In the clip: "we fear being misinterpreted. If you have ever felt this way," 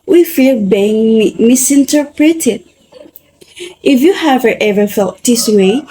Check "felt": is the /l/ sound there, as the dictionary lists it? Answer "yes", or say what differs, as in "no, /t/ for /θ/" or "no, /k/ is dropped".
no, /l/ is dropped